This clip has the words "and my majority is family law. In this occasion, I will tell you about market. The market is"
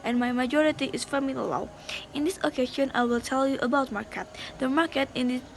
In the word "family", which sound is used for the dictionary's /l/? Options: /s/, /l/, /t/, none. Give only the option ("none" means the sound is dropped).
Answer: none